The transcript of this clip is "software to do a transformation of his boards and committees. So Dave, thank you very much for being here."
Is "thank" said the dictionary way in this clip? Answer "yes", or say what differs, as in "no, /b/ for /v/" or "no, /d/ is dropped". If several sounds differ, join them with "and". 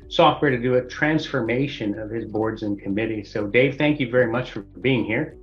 yes